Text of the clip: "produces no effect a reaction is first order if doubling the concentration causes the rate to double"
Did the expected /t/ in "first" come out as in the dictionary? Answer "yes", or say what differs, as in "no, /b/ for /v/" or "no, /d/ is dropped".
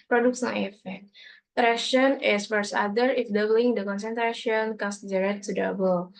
no, /t/ is dropped